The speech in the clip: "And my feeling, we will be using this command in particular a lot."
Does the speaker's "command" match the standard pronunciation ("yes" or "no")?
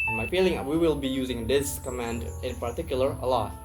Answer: yes